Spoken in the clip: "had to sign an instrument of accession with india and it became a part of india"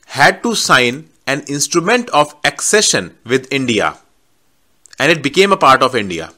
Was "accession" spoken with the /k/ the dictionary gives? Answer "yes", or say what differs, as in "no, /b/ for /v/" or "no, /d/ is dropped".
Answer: yes